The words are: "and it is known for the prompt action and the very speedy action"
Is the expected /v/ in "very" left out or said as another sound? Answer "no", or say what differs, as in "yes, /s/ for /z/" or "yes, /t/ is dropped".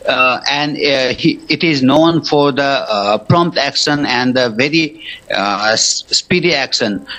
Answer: no